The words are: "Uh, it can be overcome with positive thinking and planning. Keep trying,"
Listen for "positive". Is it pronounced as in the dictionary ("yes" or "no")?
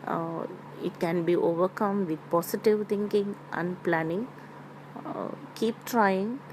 no